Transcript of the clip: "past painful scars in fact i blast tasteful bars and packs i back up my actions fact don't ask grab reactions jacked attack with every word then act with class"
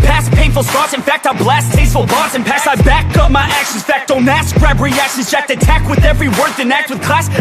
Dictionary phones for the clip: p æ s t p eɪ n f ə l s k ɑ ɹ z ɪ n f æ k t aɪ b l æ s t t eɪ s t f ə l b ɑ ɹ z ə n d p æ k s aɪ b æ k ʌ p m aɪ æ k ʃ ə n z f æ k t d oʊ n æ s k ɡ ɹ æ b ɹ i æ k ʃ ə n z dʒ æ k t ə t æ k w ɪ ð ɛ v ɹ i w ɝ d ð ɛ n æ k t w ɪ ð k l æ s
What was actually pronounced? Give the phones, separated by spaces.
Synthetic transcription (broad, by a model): p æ s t p eɪ n f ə l s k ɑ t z ɪ n f æ k t aɪ b l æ s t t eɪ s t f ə l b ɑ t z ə n p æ s aɪ b æ k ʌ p m aɪ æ k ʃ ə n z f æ k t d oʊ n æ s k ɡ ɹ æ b ɹ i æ k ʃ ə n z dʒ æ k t ə t æ k w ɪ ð ɛ v ɹ i w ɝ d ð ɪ n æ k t w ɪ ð k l æ s